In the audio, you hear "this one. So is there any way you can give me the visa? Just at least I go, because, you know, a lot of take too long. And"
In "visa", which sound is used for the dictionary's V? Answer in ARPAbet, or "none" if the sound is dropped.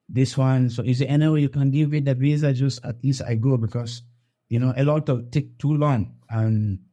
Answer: B